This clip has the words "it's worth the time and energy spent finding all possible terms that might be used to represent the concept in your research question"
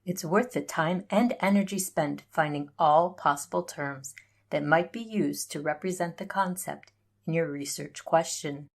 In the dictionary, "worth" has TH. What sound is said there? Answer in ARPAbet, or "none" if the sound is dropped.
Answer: TH